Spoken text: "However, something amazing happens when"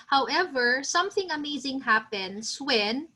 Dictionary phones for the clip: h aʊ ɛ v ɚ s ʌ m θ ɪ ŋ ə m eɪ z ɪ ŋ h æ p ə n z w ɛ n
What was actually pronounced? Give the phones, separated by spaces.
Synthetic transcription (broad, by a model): h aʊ ɛ v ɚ s ʌ m θ ɪ ŋ ə m eɪ z ɪ ŋ h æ p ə n s w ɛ n